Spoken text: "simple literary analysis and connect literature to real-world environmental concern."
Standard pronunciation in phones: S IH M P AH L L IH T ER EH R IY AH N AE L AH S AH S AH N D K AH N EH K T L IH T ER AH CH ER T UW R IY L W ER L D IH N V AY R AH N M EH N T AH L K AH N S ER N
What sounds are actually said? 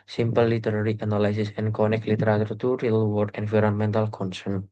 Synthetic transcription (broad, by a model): S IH M P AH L L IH T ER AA R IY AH N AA L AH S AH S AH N K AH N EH K L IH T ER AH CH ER T UW R IY L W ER D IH N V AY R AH N M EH N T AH L K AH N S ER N